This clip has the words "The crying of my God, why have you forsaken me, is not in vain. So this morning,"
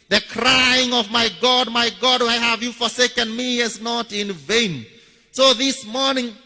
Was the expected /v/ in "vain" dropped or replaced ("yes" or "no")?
no